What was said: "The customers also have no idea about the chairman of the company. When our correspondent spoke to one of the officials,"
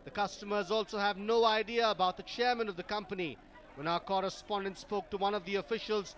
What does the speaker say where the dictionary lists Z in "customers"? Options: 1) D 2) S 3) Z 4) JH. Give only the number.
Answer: 3